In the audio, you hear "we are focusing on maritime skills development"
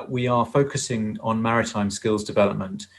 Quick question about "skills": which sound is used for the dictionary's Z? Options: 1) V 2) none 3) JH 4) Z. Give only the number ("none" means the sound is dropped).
4